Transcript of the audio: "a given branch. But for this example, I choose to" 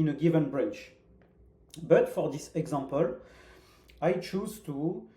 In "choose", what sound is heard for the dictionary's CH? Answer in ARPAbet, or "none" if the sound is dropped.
CH